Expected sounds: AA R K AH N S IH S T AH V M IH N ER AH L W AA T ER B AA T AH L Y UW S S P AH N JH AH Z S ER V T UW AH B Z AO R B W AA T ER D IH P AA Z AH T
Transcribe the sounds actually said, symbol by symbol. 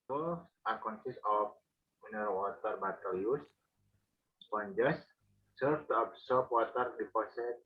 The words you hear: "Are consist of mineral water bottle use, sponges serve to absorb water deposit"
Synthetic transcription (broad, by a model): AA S K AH N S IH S AH F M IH N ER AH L W AA T ER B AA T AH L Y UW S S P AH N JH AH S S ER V T UW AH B S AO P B W AA T ER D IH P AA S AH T